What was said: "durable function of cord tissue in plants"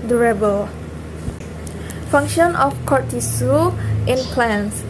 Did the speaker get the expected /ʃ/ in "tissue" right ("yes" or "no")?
no